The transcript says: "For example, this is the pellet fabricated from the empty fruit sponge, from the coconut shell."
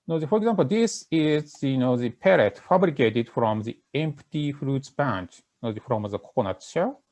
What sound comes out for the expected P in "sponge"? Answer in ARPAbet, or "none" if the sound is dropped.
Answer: B